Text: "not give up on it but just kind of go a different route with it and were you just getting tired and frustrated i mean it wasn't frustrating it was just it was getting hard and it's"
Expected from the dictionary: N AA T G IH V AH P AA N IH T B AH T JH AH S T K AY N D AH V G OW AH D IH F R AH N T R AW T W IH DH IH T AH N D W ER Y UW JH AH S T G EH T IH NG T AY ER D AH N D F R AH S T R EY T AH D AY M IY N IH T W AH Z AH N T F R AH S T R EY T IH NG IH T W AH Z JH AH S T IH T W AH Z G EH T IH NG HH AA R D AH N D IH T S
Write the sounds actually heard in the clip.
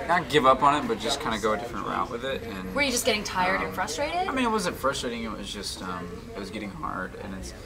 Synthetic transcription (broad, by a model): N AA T G IH V AH P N IH T B AH T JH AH S K AY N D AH G OW AH D IH F R AH N T R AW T W IH DH IH T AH N W ER Y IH JH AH S G EH T IH NG T AY ER D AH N F R AH S T R EY T AH D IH M IY N IH T W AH Z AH T F R AH S T R EY T IH NG IH T W AH Z JH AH S T IH T W AH Z G EH T IH NG HH AA R D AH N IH T S